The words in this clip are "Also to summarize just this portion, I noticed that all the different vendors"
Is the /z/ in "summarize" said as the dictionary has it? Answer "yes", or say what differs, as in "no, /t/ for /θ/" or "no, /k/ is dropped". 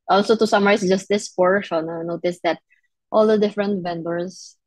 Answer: no, /s/ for /z/